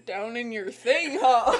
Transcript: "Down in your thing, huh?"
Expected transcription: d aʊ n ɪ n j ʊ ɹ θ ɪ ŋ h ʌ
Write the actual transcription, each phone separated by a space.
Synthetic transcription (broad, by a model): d aʊ n ɪ n j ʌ ɹ θ ɪ ŋ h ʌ